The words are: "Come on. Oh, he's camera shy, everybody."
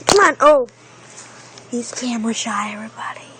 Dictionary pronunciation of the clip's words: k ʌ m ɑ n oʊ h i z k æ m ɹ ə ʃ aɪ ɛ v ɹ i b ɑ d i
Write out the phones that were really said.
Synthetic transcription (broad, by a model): k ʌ m ɑ n oʊ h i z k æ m w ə ʃ aɪ ɛ v ɹ i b ɑ d i